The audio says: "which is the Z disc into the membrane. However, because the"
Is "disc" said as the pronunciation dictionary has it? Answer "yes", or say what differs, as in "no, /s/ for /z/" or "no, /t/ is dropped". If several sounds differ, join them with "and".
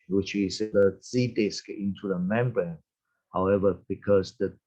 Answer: yes